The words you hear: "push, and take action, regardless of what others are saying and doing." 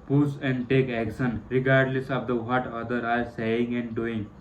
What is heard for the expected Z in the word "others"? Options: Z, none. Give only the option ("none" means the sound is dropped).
none